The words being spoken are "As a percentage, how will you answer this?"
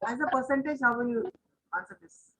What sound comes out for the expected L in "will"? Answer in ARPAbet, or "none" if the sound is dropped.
N